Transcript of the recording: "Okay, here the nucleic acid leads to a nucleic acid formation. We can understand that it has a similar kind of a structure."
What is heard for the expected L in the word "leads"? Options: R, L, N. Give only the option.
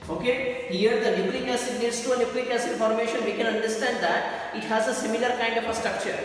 N